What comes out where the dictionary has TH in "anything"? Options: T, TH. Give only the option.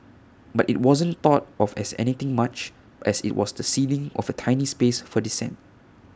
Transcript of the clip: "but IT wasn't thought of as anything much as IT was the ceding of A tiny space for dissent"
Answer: T